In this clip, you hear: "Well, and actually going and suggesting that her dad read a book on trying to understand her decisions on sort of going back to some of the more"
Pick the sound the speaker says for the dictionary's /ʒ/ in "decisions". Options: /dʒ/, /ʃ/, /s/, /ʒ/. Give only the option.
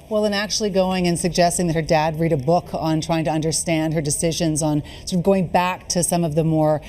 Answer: /ʒ/